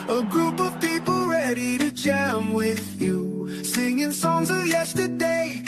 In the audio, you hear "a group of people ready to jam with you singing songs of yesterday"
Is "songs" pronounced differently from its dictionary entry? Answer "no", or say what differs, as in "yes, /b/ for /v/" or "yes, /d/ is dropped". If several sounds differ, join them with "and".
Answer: no